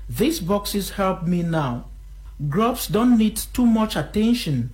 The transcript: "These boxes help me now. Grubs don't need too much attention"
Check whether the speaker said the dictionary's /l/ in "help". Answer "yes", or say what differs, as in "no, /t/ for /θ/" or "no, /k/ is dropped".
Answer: yes